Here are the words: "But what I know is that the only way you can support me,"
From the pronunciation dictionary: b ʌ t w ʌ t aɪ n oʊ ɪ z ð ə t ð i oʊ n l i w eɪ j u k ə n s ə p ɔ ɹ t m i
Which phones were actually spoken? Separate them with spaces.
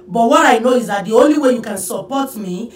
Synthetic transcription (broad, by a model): b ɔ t w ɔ t aɪ n oʊ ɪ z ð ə t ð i oʊ n l i w eɪ j u k ə n s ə p ɔ t m i